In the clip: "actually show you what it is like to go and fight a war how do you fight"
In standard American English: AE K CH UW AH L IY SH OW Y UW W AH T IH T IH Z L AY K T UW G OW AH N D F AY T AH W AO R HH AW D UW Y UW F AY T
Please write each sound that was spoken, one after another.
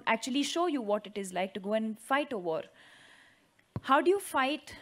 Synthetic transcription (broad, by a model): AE K CH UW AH L IY SH OW Y UW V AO T IH T IH Z L AY K T UW G OW AH N D F AY T AH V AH R HH AW D UW Y UW F AY T